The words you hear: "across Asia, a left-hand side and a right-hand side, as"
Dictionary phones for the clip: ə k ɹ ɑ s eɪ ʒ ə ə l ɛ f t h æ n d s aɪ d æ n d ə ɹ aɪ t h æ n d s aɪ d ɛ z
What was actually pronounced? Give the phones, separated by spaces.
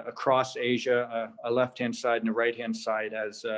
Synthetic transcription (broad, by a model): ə k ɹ ɑ s eɪ ʒ ə ə l ɛ f t h æ n d s aɪ d n ə ɹ aɪ t h æ n d s aɪ d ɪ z